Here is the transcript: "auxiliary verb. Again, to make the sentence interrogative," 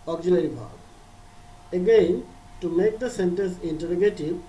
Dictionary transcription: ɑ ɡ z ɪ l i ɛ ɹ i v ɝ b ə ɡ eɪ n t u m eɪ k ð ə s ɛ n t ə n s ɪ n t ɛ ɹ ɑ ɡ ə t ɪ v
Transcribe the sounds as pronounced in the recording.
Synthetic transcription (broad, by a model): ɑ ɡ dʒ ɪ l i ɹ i b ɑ ə ɡ eɪ n t u m eɪ k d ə s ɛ n t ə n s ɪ n t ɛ ɹ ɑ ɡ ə t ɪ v